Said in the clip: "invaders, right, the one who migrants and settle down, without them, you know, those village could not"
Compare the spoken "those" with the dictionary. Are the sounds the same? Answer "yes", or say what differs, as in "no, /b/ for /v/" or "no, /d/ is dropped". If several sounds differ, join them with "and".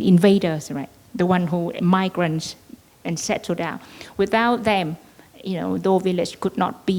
no, /z/ is dropped